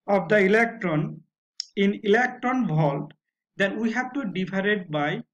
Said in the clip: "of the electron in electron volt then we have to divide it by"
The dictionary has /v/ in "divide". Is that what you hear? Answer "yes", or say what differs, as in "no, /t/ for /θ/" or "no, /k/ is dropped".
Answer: no, /p/ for /v/